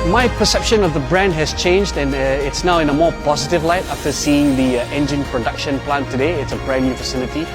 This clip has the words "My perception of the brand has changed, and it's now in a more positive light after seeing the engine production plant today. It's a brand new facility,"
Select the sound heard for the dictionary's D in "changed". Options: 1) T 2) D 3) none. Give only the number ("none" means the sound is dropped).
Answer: 2